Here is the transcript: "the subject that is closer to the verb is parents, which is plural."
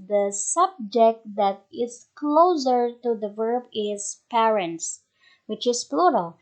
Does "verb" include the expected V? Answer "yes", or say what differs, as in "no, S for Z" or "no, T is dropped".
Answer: yes